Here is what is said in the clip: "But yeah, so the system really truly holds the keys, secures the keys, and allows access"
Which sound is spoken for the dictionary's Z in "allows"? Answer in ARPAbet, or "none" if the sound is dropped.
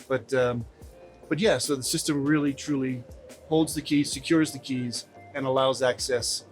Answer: Z